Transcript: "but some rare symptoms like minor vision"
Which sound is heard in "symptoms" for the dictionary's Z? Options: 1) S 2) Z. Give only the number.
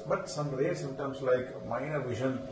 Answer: 1